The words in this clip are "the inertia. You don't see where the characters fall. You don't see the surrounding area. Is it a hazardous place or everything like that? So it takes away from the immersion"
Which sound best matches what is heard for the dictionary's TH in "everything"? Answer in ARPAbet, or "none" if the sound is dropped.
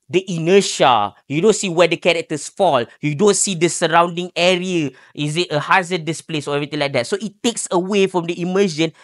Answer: T